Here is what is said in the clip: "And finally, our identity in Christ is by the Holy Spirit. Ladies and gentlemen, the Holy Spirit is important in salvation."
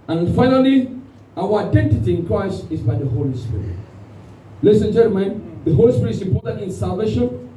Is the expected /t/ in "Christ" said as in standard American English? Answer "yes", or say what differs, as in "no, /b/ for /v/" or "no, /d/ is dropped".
yes